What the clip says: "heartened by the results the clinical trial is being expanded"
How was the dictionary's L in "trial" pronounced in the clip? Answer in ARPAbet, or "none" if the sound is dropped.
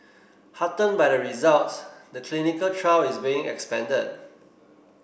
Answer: W